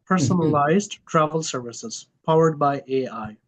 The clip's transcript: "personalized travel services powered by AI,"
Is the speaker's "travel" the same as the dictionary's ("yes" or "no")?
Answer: yes